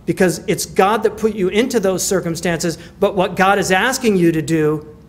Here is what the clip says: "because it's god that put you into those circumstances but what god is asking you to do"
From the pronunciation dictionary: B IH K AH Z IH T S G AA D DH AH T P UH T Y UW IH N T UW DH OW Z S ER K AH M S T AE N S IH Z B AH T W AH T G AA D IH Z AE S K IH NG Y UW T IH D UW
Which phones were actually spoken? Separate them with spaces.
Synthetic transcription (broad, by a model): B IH K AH Z IH T S G AA D DH AH T P UH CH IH IH N T UW DH OW Z S ER K AH M S T AE N S IH Z B AH T W AH T G AA D IH Z AE S K IH NG Y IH T IH D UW